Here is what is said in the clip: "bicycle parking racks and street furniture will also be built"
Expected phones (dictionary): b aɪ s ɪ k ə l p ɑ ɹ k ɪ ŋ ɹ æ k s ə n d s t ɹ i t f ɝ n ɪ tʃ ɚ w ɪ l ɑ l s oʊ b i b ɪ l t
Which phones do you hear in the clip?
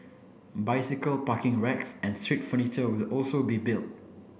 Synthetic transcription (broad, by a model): b aɪ s ɪ k ə l p ɑ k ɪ ŋ ɹ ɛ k s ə n s t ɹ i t f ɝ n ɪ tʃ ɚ w ɪ l ɑ l s oʊ b i b ɪ l t